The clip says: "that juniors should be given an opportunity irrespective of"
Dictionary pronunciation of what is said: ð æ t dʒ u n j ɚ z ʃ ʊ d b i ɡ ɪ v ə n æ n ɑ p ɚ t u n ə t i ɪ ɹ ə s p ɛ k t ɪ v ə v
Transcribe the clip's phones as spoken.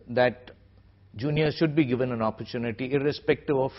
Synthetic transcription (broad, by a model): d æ t dʒ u n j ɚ ʃ ʊ d b i ɡ ɪ v ə n æ n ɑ p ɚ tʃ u n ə t i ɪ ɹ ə s p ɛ k t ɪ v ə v